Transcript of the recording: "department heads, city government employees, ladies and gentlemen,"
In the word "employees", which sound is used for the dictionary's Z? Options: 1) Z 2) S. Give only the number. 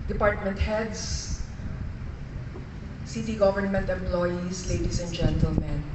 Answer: 2